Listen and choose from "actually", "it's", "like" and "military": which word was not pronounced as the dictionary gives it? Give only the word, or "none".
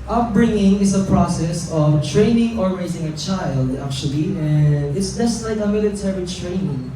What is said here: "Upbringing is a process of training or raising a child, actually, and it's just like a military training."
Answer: none